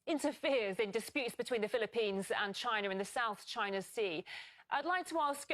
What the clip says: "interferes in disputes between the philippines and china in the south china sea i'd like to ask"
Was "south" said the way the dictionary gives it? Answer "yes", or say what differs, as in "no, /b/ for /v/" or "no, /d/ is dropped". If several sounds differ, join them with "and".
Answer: yes